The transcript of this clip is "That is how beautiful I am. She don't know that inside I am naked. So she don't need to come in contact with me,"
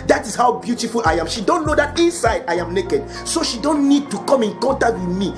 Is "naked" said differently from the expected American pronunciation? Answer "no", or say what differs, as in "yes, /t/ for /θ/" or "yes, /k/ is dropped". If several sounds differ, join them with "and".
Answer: no